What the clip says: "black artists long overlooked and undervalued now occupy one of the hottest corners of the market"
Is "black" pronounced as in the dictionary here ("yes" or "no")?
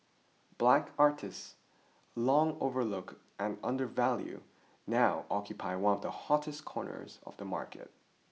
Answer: yes